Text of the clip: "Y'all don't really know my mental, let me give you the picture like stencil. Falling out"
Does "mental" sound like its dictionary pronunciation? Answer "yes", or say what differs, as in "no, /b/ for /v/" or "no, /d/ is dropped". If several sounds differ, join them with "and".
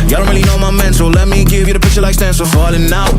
no, /s/ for /t/